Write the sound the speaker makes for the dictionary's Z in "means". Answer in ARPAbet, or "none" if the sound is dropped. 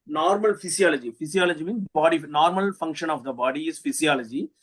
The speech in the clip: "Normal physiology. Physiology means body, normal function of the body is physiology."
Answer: none